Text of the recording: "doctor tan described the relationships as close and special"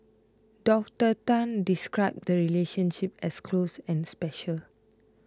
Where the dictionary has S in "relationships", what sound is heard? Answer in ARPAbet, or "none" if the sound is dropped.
none